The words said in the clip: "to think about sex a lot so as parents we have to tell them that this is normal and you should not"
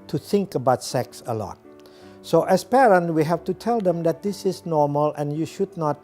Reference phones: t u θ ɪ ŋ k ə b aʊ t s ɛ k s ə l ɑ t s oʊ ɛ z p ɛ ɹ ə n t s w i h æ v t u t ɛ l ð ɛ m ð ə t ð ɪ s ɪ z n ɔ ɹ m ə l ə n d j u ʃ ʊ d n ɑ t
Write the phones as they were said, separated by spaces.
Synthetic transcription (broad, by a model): t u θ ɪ ŋ k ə b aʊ t s ɛ k s ə l ɑ t s oʊ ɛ s p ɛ ɹ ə n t w i h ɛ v t u t ɛ l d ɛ m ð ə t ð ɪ s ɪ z n ɔ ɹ m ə l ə n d j u ʃ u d n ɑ t